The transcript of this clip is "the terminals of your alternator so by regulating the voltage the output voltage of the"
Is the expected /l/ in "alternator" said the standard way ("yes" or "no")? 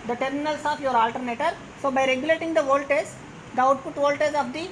yes